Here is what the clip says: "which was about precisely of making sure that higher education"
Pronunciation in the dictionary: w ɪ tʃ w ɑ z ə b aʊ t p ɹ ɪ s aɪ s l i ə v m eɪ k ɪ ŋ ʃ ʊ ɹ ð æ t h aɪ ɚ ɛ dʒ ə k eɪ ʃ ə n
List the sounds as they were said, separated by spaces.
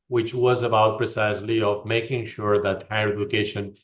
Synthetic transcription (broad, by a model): w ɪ tʃ w ɑ z ə b aʊ t p ɹ ɪ s aɪ s l i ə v m eɪ k ɪ ŋ ʃ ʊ ɹ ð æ t h aɪ ɚ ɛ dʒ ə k eɪ ʃ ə n